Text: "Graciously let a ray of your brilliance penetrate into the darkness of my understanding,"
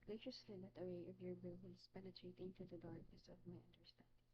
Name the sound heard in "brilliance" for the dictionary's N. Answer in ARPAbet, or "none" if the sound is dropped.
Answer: L